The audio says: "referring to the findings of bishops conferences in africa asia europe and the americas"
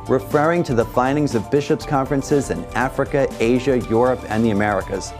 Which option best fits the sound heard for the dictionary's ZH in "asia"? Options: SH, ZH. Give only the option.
ZH